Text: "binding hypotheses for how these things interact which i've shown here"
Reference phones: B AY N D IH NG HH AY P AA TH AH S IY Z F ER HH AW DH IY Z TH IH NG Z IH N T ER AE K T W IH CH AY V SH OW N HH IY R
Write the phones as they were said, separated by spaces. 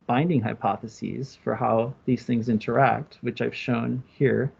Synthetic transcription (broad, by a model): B AY N D IH NG HH AY P AA TH AH S IY Z F ER HH AW DH IY Z TH IH NG Z IH N T ER AE K T W IH CH AY V SH OW N HH IY R